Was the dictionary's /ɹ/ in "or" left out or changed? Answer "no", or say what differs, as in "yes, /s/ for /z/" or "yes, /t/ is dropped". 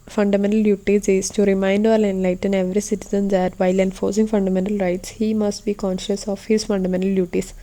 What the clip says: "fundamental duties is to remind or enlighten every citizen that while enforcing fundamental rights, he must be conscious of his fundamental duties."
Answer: yes, /l/ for /ɹ/